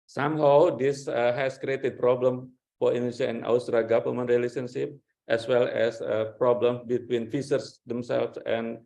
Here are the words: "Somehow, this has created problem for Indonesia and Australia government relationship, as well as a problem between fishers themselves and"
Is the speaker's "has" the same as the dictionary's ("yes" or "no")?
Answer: no